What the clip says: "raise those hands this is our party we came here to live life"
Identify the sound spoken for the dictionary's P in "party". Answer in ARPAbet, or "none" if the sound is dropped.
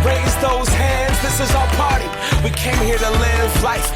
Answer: B